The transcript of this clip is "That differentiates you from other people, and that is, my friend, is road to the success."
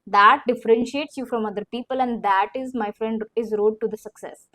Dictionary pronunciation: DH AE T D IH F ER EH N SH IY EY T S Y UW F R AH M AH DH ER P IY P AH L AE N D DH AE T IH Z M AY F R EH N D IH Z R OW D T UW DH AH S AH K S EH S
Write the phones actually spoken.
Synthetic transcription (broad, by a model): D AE T D IH F ER EH N SH IY EY T S Y UW F R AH M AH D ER P IY P AH L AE N D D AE T IH Z M AY F R EH N D IH Z R OW D T UW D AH S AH K S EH S